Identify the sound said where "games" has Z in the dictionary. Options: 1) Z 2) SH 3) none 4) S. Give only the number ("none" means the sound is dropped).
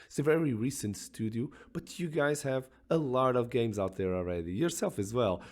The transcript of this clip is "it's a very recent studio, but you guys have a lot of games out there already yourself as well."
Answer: 1